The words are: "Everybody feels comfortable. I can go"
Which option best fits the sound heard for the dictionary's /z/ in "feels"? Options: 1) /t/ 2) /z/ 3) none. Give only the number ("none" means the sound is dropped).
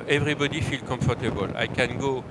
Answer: 3